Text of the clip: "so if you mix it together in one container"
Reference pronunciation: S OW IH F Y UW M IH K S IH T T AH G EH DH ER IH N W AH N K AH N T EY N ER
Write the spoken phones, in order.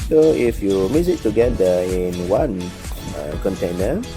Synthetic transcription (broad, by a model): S OW IH F Y UW M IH S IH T T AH G EH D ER IH N W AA N K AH N T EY N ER